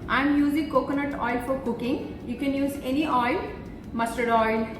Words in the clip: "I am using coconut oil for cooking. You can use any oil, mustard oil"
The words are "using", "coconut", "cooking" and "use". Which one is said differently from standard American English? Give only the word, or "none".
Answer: none